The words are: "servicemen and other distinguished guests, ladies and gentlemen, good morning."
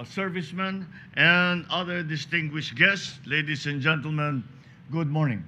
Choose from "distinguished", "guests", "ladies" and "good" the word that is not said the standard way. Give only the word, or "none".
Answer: ladies